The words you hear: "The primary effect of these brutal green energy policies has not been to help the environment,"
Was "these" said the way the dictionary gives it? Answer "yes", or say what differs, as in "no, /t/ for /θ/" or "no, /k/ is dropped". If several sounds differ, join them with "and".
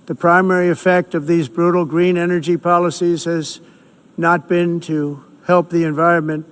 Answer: yes